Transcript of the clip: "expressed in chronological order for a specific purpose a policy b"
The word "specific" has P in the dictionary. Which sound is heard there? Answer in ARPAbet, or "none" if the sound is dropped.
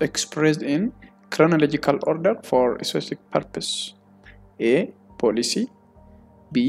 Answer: none